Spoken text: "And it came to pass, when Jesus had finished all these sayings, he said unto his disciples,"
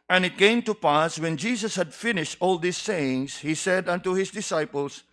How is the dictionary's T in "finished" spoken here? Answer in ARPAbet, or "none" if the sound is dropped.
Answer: T